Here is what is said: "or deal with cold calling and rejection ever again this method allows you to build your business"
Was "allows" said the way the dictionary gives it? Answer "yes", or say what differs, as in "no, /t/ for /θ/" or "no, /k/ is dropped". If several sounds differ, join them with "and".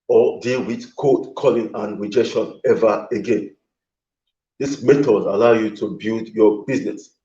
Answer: no, /z/ is dropped